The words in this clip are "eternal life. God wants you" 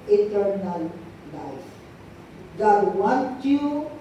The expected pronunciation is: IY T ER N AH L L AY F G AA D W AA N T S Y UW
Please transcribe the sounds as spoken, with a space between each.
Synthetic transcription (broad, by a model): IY T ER N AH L L AY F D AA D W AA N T Y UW